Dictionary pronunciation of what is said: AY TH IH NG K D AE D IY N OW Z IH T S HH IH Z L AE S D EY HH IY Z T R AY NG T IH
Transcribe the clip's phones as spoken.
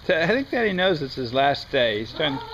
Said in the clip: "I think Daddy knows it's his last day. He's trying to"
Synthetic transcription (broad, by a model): AY TH IH NG K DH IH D IY N OW Z IH T S HH IH Z L AE S D EY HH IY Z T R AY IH